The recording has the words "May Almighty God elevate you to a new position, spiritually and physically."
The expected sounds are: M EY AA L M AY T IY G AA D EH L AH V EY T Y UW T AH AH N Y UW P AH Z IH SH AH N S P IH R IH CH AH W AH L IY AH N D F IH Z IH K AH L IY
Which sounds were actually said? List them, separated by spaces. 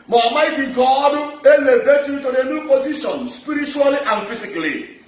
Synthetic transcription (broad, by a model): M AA M AY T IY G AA D EH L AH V EY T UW T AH AH N Y UW P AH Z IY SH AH N S P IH R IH CH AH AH L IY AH N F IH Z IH K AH L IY